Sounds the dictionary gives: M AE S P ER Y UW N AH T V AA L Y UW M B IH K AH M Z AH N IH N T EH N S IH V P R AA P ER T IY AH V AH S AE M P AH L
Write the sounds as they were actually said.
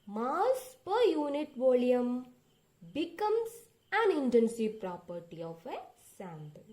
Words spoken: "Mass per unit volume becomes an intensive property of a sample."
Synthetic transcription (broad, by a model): M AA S P ER Y UW N AH T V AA L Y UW M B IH K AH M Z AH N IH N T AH N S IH P R AA P ER T IY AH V AH S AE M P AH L